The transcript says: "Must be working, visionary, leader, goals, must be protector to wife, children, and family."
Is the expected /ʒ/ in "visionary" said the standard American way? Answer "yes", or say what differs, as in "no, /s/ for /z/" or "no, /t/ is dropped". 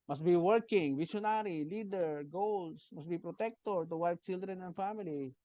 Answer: no, /ʃ/ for /ʒ/